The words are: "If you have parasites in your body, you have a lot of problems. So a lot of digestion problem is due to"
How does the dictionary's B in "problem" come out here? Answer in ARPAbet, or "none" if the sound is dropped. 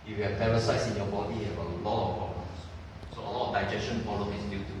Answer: none